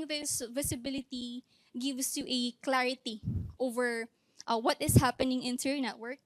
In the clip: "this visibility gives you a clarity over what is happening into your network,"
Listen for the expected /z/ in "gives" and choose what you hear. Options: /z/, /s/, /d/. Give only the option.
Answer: /s/